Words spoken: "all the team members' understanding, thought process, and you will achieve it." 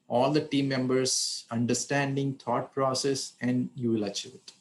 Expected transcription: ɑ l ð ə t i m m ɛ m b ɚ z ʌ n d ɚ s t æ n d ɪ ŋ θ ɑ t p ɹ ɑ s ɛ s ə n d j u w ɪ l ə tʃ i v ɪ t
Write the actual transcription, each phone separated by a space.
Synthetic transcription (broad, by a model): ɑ l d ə t i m m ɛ m b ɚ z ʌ n d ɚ s t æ n d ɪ ŋ t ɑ t p ɹ ɑ s ɛ s ə n d j u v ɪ l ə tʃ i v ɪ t